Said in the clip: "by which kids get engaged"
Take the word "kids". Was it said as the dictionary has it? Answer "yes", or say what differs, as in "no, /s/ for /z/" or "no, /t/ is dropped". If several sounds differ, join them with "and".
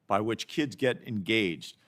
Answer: yes